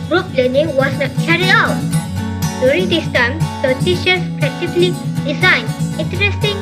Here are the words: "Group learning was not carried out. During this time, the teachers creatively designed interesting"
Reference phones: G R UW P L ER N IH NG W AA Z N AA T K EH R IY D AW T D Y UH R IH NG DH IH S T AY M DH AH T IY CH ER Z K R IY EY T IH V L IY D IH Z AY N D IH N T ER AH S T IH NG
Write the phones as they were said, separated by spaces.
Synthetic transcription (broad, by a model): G R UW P L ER N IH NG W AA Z N AA T K EH R IY D AW T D Y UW R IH NG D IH S T AY M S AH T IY SH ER S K IY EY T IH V L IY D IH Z AY N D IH N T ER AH S T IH NG